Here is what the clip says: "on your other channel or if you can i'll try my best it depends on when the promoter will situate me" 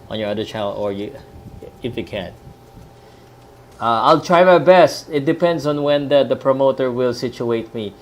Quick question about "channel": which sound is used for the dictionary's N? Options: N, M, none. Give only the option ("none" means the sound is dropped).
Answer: none